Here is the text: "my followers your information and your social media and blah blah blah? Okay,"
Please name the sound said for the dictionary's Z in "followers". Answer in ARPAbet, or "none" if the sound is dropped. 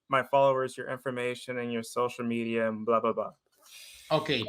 Z